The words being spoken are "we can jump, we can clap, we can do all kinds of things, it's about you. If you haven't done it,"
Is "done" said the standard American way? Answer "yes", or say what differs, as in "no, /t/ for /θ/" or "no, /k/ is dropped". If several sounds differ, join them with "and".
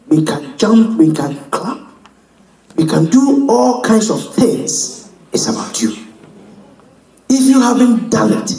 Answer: no, /l/ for /n/